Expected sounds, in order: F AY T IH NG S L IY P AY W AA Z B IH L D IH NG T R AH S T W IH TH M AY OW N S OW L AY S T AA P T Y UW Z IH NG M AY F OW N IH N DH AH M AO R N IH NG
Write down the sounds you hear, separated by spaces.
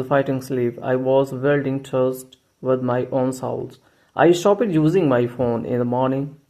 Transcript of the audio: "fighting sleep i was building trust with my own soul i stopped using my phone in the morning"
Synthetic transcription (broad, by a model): F AY T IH NG S L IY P AY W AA Z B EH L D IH NG T AH S T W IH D M AY OW N S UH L AY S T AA P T Y UW Z IH NG M AY F OW N IH N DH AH M AO R N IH NG